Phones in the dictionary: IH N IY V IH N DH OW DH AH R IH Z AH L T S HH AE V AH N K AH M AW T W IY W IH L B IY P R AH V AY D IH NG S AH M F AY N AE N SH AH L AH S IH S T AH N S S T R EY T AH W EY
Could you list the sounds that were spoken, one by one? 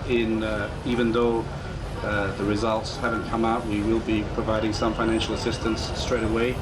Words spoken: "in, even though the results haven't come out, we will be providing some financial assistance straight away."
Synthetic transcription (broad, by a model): IH N IY V IH N DH OW DH AH R IH Z AH L T S HH AE V AH N K AH M AW T W IY W IH L B IY P R AH V AY D IH NG S AH M F AY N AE N SH L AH S IH S T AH N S S T R EY T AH W EY